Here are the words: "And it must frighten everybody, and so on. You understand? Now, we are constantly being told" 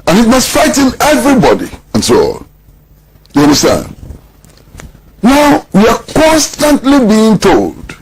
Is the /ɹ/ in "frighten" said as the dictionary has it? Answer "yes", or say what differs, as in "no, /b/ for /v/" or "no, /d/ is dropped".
no, /ɹ/ is dropped